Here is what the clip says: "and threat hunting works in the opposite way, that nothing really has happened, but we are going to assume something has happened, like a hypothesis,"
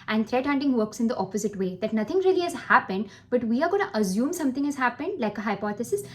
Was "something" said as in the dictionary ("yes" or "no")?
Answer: no